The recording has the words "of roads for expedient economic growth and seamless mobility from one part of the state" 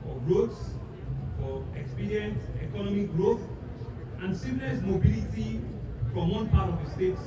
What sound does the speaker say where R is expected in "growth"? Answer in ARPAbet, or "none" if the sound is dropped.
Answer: R